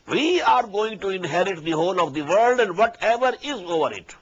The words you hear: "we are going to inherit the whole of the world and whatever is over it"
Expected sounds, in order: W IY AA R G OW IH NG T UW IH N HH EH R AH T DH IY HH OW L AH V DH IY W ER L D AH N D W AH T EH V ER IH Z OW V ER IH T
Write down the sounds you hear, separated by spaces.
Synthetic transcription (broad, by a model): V IY AA R G OW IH NG T UW IH N HH EH R AH T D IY HH OW L AH V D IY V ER L D AH N D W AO T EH V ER IH Z OW V ER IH T